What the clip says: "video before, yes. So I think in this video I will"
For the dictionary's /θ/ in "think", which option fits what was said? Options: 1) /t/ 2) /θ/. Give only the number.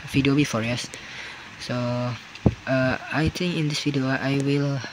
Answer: 1